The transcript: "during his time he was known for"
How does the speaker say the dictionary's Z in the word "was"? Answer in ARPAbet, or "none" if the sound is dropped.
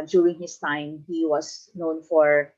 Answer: S